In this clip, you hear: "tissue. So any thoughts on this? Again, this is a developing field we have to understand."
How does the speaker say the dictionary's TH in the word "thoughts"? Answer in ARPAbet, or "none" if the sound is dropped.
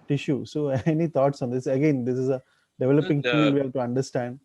T